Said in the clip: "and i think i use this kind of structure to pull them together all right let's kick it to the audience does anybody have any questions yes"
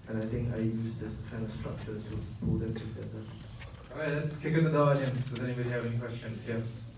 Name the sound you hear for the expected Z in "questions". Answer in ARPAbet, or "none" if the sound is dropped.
none